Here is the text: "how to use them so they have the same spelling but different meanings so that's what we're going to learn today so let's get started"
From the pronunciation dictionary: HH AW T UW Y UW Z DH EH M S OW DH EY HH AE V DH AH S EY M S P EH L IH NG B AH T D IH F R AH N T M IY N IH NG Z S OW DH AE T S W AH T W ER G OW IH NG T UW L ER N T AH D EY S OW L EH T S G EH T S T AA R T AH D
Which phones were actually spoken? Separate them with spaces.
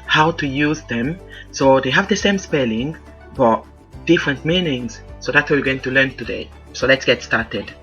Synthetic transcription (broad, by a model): HH AW T UW Y UW Z DH EH M S OW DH EY HH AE V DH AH S EY M S P EH L IH NG B AH T D IH F R AH N T M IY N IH NG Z S OW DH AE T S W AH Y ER G OW IH NG T UW L ER N T AH D EY S OW L EH T S G EH T S T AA R T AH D